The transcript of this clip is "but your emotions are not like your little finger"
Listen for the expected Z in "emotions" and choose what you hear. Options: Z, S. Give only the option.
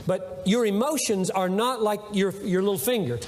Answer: Z